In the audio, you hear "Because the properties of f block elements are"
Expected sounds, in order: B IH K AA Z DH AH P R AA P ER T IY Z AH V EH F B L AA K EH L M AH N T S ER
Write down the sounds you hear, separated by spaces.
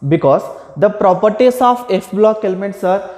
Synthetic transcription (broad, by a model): B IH K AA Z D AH P R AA P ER T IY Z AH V EH F B L AA K EH L M AH N T S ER